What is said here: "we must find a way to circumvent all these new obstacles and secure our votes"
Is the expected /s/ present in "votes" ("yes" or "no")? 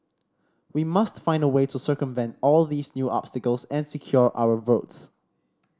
yes